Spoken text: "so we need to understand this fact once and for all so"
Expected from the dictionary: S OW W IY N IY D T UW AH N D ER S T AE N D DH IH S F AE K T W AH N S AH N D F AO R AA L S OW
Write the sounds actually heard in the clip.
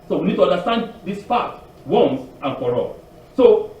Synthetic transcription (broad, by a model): S OW W IY N IY D T UW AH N D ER S T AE N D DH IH S P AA T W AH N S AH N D F AO R AA L S OW